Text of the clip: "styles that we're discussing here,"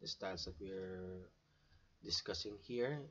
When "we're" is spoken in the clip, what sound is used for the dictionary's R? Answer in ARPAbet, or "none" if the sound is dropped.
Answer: R